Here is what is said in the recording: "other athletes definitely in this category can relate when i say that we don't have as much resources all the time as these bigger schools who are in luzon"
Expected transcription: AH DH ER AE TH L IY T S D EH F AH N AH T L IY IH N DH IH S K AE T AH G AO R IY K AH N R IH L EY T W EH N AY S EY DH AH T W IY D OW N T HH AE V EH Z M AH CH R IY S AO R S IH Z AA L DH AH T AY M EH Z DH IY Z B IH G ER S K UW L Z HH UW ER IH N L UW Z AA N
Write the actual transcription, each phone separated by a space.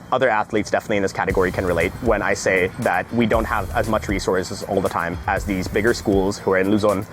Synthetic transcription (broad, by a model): AH DH ER AE TH L IY T S D EH F AH N AH T L IY IH N DH IH S K AE T AH G AO R IY K AH N R IH L EY T W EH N AY S EY DH AH T W IY D OW N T HH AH V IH Z M AH CH R IY S AO R S IH Z AA L DH AH T AY M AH Z DH IY Z B IH G ER S K UW L Z HH UW ER IH N L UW Z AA N